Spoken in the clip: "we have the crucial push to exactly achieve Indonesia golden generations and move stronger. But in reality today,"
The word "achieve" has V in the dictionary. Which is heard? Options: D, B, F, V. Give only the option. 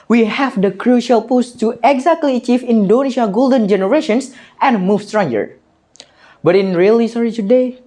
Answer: F